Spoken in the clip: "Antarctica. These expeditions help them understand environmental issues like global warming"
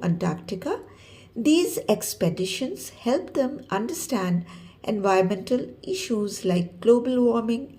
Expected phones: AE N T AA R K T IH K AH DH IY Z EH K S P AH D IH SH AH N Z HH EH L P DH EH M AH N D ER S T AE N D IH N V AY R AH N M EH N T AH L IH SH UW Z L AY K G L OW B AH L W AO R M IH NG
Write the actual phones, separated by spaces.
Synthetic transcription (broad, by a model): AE N T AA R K T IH K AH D IY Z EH K S P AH D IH SH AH N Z HH EH L P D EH M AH N D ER S T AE N D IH N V AY AH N M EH N T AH L IH SH UW Z L AY K G L OW B AH L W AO R M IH NG